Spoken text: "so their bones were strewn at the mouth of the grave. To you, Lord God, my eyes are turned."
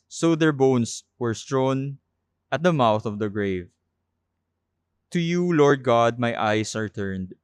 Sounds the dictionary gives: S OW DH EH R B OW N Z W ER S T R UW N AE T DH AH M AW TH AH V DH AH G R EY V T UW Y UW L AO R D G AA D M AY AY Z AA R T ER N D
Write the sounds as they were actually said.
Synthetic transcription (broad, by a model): S OW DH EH R B OW N S W ER S T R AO N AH T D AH M AW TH AH V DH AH G R EY V T UW Y UW L AO R D G AA D M AY AY S AA R T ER N D